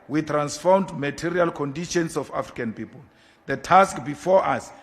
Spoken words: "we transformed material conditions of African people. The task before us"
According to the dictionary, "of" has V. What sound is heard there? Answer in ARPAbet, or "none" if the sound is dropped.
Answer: F